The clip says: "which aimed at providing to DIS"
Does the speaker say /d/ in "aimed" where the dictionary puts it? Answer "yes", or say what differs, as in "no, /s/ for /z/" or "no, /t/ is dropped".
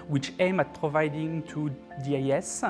no, /d/ is dropped